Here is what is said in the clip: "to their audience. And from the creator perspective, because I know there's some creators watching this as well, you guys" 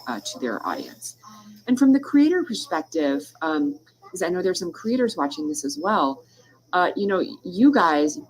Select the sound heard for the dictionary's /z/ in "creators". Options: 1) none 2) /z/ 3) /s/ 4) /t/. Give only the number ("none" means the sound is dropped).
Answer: 2